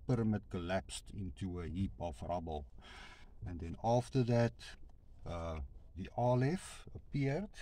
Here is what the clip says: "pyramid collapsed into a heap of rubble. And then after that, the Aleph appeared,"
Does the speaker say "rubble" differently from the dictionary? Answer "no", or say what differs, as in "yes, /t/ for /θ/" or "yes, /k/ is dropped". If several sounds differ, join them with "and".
no